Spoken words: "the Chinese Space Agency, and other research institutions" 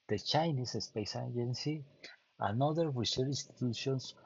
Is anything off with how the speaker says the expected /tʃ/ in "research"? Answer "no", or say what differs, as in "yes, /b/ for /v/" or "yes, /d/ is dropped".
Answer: yes, /tʃ/ is dropped